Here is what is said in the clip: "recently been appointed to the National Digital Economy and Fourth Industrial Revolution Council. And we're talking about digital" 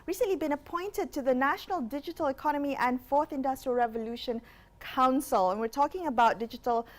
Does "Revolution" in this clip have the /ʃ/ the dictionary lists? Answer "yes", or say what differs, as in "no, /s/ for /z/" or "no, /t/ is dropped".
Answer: yes